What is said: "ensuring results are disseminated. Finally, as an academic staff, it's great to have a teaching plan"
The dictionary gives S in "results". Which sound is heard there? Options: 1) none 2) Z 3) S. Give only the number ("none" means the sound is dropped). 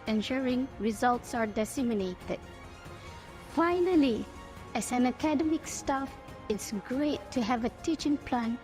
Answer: 3